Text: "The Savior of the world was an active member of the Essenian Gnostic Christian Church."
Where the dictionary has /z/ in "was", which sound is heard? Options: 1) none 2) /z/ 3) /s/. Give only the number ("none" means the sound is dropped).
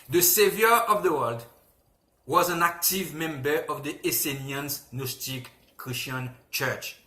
2